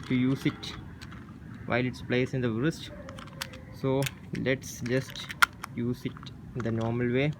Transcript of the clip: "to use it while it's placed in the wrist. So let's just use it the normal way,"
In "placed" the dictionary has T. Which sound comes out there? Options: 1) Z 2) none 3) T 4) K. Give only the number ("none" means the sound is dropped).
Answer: 2